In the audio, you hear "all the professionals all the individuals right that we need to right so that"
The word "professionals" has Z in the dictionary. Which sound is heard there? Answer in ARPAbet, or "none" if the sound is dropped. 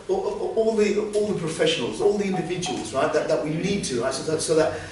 Z